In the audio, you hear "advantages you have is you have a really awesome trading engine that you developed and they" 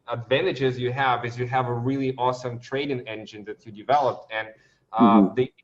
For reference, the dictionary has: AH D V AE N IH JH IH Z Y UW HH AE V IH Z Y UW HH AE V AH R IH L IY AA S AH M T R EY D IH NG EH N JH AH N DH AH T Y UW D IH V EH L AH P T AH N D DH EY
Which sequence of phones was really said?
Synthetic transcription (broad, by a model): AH D V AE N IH JH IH Z Y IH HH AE V IH Z Y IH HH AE V AH R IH L IY AA S AH M T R EY D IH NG EH N JH AH N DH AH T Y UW D IH V EH L AH P T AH N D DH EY